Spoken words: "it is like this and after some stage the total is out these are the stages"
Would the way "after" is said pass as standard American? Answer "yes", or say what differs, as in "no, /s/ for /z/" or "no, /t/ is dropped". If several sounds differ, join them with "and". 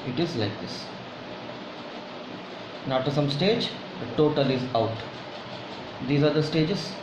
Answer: no, /f/ is dropped